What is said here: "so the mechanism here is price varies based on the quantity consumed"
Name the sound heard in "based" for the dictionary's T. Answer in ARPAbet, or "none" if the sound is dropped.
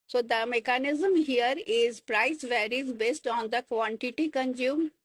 T